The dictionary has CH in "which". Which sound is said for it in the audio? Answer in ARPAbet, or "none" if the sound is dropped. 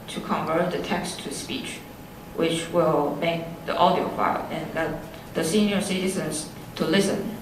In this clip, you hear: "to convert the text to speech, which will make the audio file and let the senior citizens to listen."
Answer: CH